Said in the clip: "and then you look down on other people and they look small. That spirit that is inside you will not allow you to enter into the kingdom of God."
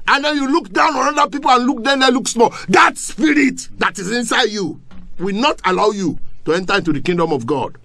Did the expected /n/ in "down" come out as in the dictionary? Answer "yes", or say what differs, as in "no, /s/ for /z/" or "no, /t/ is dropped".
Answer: yes